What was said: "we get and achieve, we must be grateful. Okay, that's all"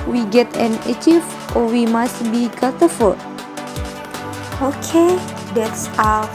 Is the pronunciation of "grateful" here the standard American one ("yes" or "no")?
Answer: no